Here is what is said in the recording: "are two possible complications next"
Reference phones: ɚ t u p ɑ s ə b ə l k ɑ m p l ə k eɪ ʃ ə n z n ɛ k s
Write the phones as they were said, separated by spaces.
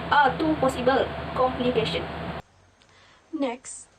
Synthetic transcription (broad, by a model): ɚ t u p ɑ s ə b ə l k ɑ m p l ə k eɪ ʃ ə n n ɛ k s